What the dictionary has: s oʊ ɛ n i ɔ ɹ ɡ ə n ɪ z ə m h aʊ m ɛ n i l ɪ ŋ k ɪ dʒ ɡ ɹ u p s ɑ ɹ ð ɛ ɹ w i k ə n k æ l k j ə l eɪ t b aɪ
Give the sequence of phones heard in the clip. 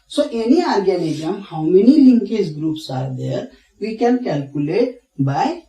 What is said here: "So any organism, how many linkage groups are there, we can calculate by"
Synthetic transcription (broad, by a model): s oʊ ɛ n i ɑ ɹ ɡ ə l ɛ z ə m h aʊ m ɛ n i l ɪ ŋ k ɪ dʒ ɡ ɹ u p s ɑ ɹ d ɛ ɹ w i k ə n k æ l k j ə l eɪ t b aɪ